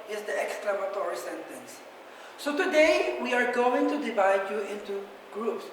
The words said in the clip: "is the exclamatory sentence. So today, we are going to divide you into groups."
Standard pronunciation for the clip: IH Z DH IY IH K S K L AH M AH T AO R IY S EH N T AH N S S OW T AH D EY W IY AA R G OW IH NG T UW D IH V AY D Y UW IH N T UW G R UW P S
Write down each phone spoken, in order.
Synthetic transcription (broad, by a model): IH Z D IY IH K S K L AH M AH T AO R IY S EH N T AH N S S OW T AH D EY W IY AA R G OW IH NG T UW D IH V AY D Y UW IH N T UW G R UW P S